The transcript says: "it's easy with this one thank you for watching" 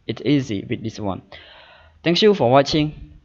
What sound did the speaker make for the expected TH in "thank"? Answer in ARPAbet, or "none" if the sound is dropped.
T